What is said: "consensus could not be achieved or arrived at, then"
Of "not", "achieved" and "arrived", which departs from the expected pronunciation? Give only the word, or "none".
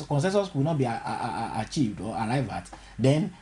arrived